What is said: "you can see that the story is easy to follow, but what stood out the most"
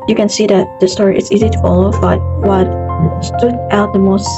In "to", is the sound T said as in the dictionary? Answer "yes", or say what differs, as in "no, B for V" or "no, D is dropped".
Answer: yes